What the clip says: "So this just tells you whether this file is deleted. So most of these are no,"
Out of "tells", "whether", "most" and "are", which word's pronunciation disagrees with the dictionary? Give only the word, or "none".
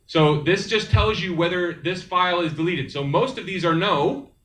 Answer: none